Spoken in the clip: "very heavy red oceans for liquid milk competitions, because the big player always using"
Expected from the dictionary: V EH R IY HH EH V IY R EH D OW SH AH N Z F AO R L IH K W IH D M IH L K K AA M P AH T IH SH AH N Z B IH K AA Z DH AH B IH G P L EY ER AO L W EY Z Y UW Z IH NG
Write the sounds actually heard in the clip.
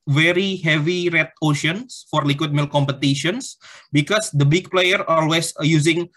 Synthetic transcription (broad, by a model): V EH R IY HH EH V IY R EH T OW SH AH N S F AO R L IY K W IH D M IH L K K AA M P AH T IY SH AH N S B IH K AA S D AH B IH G P L EY ER AO L W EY S Y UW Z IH NG